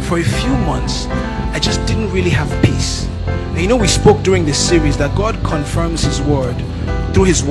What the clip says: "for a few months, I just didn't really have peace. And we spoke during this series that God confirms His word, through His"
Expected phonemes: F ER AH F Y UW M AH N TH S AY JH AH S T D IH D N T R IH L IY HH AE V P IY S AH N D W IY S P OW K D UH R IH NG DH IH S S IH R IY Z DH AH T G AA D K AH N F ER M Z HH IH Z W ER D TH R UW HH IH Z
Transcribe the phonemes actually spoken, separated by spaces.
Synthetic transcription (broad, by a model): F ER AH F Y UW M AH N TH S AY JH AH S D IH D N T R IH L IY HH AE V P IY S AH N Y W IY S P OW K D UH R IH NG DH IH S S IH R IY Z DH AH T G AA D K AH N F ER M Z HH IH Z W ER D TH R UW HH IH Z